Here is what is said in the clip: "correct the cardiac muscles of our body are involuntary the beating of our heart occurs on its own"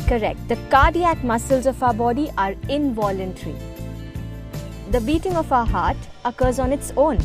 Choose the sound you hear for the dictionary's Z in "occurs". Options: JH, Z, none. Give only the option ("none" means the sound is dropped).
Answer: Z